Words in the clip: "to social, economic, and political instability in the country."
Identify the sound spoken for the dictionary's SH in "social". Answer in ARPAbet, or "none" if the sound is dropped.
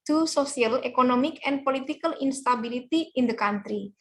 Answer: S